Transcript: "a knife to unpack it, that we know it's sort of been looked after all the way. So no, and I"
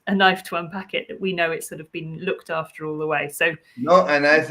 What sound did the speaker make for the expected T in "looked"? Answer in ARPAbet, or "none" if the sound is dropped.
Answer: T